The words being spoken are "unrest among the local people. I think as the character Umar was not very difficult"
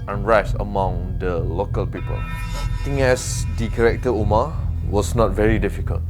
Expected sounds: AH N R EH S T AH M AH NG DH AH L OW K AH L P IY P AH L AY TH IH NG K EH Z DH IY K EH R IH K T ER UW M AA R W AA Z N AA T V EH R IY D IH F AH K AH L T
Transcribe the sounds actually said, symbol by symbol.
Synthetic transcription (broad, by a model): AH N R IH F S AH M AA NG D AH L OW K AH L P IY P AH L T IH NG EH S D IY K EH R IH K T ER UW M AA W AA S N AA T V EH R IY D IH F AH K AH L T